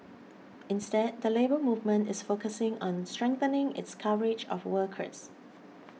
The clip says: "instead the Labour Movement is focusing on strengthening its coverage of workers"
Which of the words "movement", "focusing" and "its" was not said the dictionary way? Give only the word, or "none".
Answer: none